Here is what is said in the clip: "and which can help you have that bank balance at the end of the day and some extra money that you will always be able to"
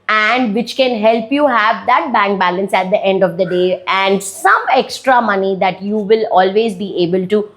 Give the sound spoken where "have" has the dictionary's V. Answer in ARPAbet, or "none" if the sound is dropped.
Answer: V